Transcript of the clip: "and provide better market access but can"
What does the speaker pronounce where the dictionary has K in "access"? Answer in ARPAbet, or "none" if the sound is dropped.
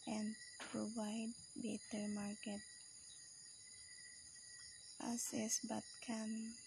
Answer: none